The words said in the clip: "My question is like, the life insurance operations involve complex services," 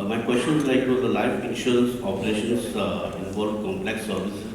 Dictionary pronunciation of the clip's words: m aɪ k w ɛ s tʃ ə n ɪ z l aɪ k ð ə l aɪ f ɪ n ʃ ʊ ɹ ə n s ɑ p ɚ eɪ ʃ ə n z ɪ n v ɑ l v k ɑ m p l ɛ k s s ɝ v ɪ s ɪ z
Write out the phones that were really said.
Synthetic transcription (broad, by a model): m aɪ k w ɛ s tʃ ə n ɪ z l aɪ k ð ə l aɪ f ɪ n i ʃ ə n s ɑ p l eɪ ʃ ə n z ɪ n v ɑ l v k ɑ m p l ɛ k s s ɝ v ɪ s